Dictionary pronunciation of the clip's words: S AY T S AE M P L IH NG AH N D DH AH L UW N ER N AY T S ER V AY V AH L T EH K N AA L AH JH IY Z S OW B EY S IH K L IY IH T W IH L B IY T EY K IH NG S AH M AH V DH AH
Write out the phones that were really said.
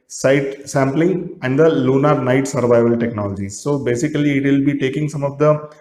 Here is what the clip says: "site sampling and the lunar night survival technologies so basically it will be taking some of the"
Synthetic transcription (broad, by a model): S AY T S AE M P L IH NG AH N D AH L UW N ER N AY T S ER V AY V AH L T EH K N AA L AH JH IY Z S OW B EY S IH K L IY IH T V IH L B IY T EY K IH NG S AH M AH V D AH